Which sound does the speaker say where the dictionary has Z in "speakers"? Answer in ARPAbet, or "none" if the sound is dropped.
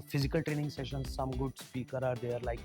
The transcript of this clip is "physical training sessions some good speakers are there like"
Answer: none